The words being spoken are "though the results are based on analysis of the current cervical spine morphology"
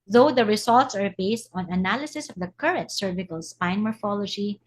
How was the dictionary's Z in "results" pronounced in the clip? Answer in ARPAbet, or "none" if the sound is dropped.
S